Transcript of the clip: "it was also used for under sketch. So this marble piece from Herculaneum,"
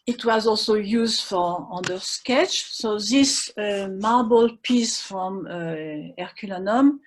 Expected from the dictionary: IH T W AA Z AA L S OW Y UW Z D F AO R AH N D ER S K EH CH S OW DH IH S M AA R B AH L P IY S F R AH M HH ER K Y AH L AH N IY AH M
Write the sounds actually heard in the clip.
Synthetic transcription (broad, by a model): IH T W AA Z AA L S OW Y UW Z D F AO R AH N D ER S K EH CH S OW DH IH S M AA R B AH L P IY S F R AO M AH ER K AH L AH N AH M